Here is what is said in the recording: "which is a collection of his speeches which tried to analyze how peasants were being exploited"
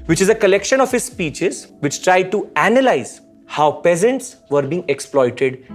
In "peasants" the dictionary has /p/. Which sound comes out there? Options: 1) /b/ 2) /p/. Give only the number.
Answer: 2